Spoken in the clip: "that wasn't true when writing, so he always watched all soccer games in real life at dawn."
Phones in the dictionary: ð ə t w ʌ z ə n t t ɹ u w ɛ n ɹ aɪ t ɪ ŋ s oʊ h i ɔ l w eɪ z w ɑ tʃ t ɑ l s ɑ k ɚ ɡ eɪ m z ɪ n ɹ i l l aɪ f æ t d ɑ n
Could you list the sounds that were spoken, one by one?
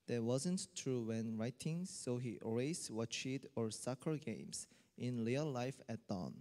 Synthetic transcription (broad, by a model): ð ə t w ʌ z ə n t t ɹ u w ɛ n ɹ aɪ t ɪ ŋ s oʊ h i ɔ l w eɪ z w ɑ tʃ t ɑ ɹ s ɑ k ɚ ɡ eɪ m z ɪ n l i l l aɪ f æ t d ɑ n